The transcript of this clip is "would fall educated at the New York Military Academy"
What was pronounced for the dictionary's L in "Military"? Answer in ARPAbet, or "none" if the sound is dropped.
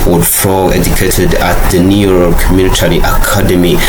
N